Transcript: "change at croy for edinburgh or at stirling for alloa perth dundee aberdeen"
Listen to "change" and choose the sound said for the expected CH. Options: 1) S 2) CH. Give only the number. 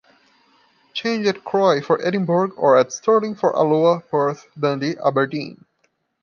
2